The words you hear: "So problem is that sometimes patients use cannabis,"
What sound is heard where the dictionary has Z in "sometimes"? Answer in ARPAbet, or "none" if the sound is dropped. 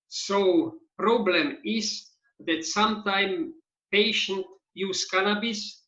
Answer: none